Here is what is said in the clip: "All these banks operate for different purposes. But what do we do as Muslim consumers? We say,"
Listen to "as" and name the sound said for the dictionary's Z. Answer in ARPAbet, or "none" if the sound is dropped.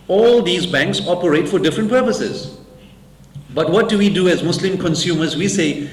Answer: Z